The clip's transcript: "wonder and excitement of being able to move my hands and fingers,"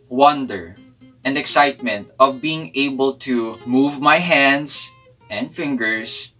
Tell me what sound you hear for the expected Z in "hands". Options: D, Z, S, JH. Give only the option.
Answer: S